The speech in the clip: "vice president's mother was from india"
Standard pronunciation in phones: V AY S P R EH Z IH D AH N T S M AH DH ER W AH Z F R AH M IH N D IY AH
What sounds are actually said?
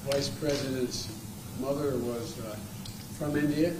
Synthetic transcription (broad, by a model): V AY S P R EH Z IH D AH N T S M AH DH ER W AH Z F R AH M IH N D IY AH